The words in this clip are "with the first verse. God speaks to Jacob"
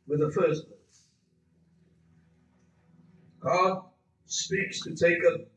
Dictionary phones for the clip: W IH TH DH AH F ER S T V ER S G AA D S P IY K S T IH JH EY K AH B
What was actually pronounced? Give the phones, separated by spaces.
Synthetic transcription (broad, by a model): W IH DH AH F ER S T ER G AA D S P IY K S T IH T EY K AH